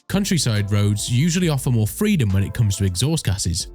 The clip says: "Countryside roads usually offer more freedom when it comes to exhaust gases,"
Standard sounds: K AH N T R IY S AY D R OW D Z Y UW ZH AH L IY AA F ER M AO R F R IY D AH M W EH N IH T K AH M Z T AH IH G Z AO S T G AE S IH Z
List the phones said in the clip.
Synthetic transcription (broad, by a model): K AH N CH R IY S AY D R OW D Z Y UW ZH AH L IY AA F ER M AO F R IY D AH M W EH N IH T K AH M Z T AH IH G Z AO S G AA S IH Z